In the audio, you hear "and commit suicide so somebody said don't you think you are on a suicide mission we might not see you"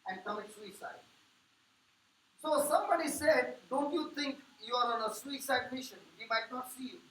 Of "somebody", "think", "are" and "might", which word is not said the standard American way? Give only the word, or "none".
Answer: think